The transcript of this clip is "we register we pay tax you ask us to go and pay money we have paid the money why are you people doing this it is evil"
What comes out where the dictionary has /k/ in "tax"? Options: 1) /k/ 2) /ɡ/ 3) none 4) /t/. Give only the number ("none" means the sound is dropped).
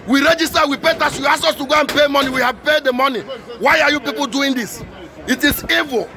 3